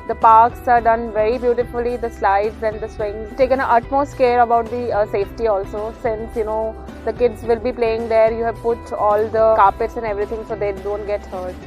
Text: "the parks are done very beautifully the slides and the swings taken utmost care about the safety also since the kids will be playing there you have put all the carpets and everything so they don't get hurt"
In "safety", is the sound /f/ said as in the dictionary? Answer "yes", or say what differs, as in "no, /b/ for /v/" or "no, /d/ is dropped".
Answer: yes